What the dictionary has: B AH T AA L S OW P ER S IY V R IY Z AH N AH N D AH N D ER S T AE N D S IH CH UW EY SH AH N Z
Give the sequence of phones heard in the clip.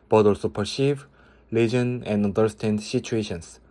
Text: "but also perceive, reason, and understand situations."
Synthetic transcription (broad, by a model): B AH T AA L S OW P ER S IY V L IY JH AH N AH N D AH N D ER S T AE N D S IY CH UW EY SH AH N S